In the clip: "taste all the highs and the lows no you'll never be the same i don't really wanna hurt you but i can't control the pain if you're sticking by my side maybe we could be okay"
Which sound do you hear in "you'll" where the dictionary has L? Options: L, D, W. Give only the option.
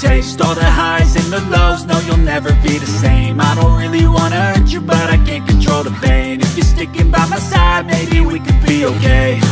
L